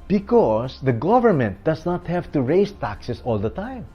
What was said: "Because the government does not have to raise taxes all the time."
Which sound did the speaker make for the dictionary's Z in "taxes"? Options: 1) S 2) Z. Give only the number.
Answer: 1